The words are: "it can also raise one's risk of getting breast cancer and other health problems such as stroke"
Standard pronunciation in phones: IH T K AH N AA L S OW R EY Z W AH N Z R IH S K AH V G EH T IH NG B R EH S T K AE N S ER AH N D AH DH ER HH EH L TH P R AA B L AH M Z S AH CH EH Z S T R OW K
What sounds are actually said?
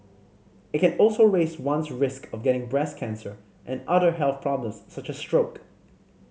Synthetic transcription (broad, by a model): IH T K AH N AA L S OW R EY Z W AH N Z R IH S K AH V G EH T IH NG B R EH S K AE N S ER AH N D AH DH ER HH EH L TH P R AA B L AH M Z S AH CH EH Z S T R OW K